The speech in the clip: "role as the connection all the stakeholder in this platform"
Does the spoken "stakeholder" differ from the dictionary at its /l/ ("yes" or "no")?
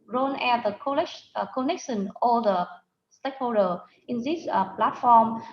yes